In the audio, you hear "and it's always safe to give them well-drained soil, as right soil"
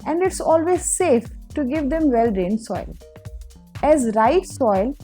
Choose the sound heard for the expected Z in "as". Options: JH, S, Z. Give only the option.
Z